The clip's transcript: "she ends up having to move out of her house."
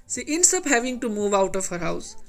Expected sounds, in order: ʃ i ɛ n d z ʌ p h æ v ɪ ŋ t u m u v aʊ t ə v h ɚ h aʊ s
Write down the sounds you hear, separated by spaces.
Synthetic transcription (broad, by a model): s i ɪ n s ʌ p h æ v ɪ ŋ t u m u v aʊ t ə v h ɚ h aʊ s